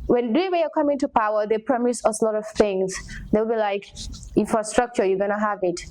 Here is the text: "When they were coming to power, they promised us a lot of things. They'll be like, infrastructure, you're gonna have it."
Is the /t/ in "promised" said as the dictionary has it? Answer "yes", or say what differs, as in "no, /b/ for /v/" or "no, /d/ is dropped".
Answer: no, /t/ is dropped